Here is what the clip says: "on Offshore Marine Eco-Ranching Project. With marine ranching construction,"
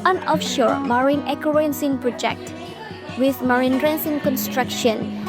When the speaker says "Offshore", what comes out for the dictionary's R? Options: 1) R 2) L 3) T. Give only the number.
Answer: 1